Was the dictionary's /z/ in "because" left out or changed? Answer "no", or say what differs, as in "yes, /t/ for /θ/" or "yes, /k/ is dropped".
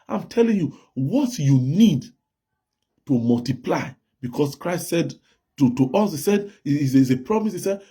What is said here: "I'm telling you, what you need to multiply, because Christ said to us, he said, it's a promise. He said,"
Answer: yes, /s/ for /z/